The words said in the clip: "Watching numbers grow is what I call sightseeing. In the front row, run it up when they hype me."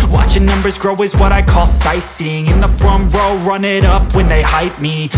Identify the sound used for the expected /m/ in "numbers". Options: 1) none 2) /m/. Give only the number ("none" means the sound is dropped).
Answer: 2